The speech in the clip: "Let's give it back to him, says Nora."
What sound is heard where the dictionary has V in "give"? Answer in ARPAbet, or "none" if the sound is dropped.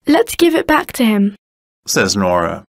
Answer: V